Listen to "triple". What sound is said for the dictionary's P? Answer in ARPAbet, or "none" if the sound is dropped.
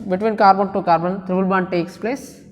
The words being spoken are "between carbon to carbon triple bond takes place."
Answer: B